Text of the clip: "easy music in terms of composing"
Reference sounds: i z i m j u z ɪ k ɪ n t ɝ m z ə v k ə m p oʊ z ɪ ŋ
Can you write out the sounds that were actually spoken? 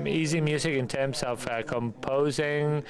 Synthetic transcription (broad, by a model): i z i m j u z ɪ k ɪ n t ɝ m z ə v k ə m p oʊ z ɪ ŋ